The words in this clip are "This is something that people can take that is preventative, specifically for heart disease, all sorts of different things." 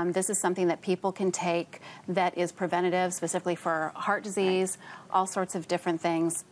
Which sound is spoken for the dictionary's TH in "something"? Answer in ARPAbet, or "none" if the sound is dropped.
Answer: TH